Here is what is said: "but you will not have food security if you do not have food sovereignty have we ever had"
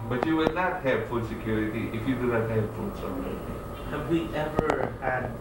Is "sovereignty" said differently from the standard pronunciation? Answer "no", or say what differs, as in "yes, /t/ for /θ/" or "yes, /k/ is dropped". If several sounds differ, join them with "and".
yes, /n/ is dropped